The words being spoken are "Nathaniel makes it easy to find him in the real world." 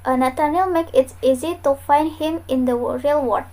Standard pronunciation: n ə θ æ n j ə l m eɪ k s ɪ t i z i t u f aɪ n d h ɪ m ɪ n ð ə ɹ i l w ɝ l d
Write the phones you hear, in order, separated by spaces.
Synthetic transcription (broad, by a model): n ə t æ n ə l m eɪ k ɪ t i z i t u f aɪ n d h ɪ m ɪ n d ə ɹ i l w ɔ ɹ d